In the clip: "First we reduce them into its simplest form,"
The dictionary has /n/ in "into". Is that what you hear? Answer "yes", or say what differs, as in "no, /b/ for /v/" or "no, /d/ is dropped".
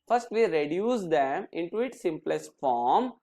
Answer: yes